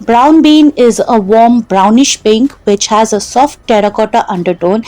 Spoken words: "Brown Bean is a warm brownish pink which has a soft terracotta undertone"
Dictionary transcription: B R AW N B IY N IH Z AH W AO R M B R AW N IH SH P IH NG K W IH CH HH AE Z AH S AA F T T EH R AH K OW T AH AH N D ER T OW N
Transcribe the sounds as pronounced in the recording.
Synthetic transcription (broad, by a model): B R AW N B IY N IH Z AH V AO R M B R AW N IH SH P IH NG K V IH CH HH AE Z AH S AA F T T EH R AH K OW T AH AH N D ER T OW N